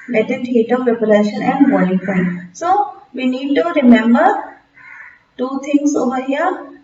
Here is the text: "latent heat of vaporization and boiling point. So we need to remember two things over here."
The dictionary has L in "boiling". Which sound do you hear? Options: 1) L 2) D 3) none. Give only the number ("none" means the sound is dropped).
3